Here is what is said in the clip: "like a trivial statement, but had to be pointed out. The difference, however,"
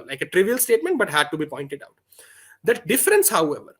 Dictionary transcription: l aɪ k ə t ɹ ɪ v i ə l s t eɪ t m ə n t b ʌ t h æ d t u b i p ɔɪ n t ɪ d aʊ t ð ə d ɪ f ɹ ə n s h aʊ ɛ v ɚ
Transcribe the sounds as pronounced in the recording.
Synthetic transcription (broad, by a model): l aɪ k ə t ɹ ɪ v i ə l s t eɪ t m ə n t b ʌ t h æ d t u b i p ɔɪ n t ɪ d aʊ t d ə d ɪ f ɹ ə n s h aʊ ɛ v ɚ